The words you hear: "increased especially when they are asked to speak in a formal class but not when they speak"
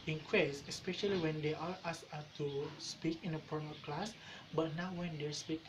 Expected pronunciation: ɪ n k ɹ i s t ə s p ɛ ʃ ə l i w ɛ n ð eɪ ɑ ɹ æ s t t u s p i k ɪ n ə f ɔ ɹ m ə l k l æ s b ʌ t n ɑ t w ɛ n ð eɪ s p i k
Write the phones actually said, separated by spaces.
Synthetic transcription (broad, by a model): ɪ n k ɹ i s ə s p ɛ ʃ ə l i w ɛ n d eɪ ɑ ɹ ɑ s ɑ t u s p i k ɪ n ə p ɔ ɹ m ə k l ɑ s b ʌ t n ɑ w w ɛ n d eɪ s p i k